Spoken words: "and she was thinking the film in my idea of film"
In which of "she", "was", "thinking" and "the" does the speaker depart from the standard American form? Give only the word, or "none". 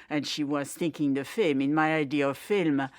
none